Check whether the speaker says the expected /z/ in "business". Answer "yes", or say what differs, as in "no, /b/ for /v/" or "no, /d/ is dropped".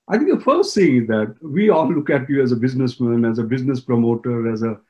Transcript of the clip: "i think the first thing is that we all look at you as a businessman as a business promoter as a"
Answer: yes